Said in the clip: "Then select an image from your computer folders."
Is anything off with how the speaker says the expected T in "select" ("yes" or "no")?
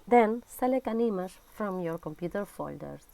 yes